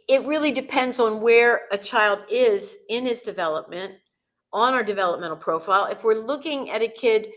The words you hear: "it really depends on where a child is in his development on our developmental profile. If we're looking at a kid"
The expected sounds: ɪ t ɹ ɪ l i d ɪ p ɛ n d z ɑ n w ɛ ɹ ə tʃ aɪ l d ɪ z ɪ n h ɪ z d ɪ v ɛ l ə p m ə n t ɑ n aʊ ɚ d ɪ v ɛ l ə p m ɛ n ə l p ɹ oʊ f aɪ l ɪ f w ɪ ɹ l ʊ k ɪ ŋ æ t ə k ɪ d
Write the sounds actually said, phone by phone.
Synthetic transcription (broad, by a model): ɪ t ɹ ɪ l i d ɪ p ɛ n d z n w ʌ ɹ ə tʃ aɪ l d ɪ z ɪ n ɪ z d ɪ v ɛ l ə p m ə n t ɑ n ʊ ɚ d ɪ v ɛ l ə p m ɛ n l p ɹ oʊ f aɪ l ɪ f w ɪ ɹ l ʊ k ɪ ŋ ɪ t ə k ɪ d